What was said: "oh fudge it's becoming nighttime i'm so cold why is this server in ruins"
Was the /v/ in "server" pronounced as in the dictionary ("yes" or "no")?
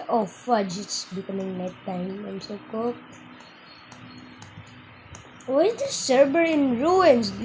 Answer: no